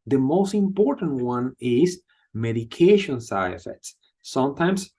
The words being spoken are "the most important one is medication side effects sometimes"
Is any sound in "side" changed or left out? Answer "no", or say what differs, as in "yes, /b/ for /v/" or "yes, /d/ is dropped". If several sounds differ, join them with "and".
yes, /d/ is dropped